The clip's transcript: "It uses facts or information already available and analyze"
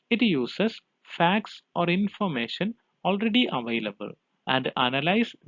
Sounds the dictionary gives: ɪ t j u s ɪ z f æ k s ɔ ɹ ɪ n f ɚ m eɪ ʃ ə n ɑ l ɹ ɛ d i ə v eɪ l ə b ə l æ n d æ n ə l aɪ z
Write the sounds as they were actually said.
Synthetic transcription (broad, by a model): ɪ t j u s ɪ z f æ k s ɔ ɹ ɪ n f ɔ m eɪ ʃ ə n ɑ l ɹ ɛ d i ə v eɪ l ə b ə l æ n d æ n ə l aɪ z